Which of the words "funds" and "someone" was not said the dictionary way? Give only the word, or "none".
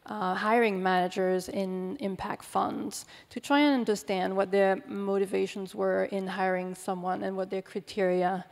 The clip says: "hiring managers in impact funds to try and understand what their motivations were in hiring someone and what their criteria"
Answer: none